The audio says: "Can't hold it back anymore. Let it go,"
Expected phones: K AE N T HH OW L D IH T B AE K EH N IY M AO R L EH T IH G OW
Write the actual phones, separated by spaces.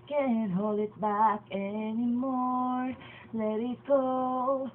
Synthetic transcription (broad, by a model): K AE N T HH OW L D IH T B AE K EH N IY M AO R L EH T IH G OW